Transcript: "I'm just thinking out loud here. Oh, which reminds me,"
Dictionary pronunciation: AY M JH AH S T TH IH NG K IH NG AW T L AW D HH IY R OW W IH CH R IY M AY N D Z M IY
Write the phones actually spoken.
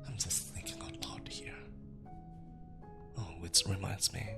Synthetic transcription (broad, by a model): AY M JH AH S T TH IH NG K IH NG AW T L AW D HH IY R OW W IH S R IY M AY N D Z M IY